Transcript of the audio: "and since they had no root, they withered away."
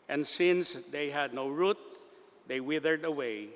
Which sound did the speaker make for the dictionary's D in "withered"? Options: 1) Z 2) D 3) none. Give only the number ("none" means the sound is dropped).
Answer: 2